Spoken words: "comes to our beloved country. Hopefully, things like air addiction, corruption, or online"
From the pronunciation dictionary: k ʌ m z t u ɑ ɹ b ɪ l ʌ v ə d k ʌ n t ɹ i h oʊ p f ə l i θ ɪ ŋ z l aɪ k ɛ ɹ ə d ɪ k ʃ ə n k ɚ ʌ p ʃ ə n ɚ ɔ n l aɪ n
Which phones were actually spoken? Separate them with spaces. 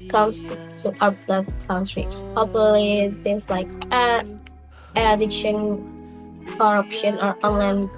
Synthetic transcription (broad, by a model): k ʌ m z t u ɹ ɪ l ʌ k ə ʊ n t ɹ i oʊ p ə l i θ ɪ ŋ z l aɪ k ɛ ɹ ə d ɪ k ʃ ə n k ɚ ʌ p ʃ ə n ɚ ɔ n l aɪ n